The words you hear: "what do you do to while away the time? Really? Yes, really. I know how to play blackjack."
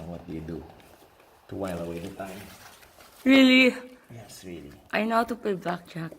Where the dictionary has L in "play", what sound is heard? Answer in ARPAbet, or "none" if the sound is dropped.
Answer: none